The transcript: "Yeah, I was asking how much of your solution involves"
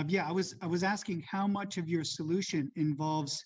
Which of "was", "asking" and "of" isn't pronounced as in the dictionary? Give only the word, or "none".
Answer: none